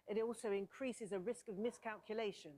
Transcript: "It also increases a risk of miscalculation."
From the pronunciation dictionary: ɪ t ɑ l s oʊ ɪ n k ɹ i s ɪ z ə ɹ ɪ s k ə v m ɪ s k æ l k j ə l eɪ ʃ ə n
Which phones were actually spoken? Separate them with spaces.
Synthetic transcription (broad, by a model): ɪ t ɑ l s oʊ ɪ n k ɹ i s ɪ z ə ɹ ɪ s k ə v m ɪ s k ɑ l k j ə l eɪ ʃ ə n